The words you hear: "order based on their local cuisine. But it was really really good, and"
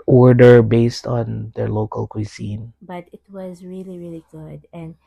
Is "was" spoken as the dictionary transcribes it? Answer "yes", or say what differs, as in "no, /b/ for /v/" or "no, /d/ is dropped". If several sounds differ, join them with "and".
yes